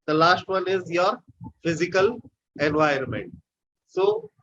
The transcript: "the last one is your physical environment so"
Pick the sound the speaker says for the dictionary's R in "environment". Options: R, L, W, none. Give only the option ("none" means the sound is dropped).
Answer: none